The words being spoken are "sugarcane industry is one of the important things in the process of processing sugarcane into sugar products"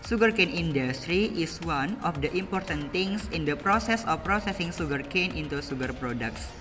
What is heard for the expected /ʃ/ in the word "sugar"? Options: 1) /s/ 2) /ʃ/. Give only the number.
1